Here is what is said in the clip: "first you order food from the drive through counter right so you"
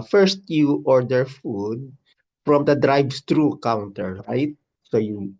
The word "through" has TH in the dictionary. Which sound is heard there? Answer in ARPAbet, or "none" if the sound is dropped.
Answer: S